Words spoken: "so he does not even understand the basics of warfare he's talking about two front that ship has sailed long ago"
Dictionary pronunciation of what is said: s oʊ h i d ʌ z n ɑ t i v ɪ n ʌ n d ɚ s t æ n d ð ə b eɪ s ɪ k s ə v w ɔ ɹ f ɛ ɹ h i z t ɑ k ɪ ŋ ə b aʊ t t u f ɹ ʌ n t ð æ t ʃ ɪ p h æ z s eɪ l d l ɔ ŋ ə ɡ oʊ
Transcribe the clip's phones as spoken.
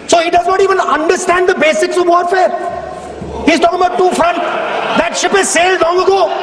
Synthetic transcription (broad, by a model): s oʊ h i d ʌ z n ɑ t i v ɪ n ʌ n d ɚ s t æ n d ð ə b eɪ s ɪ k s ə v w ɔ ɹ f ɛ ɹ h i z t ɑ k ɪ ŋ ə b aʊ t t u f ɹ ʌ n t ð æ t ʃ ɪ p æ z s eɪ l d l ɔ ŋ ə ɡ oʊ